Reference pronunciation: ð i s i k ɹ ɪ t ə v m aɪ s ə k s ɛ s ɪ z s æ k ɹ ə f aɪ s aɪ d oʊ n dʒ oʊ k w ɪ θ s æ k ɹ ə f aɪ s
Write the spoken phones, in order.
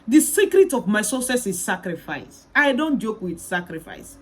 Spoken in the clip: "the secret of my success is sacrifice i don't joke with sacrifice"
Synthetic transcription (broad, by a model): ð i s i k ɹ ɪ t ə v m aɪ s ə s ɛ s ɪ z s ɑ k ɹ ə f aɪ s aɪ d oʊ n dʒ oʊ k w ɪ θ s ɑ k ɹ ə f aɪ s